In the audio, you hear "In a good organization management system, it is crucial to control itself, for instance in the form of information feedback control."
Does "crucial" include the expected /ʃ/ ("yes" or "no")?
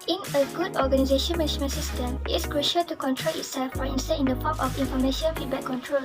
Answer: yes